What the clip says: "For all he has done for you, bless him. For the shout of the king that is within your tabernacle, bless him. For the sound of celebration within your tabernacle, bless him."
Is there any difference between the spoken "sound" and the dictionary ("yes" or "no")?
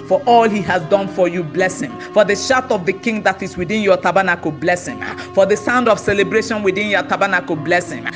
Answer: no